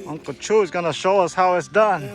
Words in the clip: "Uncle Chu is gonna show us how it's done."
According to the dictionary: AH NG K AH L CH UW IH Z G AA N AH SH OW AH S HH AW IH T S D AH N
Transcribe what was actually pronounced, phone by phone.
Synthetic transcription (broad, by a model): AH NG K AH CH UW IH Z G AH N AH SH OW AH S HH AW IH T S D AH N